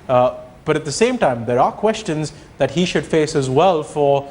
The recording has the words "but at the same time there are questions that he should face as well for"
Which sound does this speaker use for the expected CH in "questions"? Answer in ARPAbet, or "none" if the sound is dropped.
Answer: CH